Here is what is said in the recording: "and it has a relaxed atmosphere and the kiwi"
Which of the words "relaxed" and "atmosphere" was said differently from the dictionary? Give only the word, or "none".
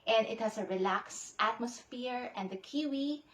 none